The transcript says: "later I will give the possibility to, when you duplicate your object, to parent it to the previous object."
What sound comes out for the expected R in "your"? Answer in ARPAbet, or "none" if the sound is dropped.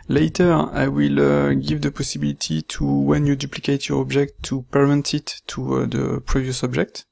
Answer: R